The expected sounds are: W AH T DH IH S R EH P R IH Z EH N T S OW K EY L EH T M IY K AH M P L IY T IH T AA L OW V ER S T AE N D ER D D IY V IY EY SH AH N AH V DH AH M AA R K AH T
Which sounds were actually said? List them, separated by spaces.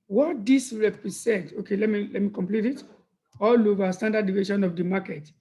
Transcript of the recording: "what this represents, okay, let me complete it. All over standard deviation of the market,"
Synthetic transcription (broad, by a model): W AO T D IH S R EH P R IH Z EH N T OW K EY L EH T M IY K AH M P L IY T IH T AA L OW V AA S T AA N D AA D D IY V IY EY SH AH N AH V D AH M AA K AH T